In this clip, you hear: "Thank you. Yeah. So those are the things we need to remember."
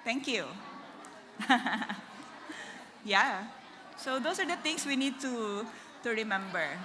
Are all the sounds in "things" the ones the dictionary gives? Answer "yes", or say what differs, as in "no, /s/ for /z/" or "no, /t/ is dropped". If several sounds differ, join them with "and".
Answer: no, /t/ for /θ/ and /s/ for /z/